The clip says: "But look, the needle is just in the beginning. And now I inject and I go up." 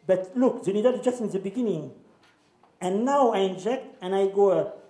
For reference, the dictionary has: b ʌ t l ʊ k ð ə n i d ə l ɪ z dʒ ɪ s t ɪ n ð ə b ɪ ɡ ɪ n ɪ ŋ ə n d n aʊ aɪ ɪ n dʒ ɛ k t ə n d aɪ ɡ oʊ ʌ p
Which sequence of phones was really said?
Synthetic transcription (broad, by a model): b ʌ t l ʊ k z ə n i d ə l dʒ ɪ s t ɪ n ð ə b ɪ ɡ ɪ n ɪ ŋ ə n n aʊ aɪ ɪ n dʒ ɛ k t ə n aɪ ɡ oʊ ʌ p